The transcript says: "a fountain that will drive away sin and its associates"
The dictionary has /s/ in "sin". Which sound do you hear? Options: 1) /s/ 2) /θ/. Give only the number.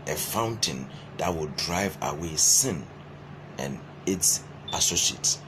1